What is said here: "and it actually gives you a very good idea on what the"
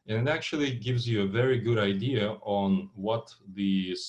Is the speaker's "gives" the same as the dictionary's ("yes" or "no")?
yes